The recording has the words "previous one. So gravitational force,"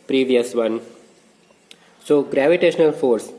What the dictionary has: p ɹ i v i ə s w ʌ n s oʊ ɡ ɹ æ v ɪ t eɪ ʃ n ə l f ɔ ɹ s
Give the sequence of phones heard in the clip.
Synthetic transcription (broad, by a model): p ɹ i v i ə s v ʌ n s oʊ ɡ ɹ æ v ɪ t eɪ ʃ n ə l f ɔ ɹ s